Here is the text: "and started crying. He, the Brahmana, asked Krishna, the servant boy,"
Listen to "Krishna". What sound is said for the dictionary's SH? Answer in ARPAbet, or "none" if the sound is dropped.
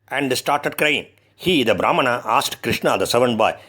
SH